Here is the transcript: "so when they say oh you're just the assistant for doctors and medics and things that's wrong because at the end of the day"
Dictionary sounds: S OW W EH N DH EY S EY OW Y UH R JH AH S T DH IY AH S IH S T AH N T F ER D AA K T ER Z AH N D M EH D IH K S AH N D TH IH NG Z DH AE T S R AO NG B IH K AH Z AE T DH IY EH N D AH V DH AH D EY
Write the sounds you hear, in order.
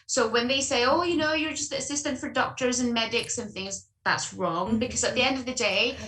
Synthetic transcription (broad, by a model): S OW W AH N DH EY S EY OW Y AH R JH AH S T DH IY AH S IH S T AH N T F ER D AA K T ER Z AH N M EH D IH K S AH N TH IH NG Z DH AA T S R AO NG B IH K AH Z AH T DH IY EH N D AH V DH AH D EY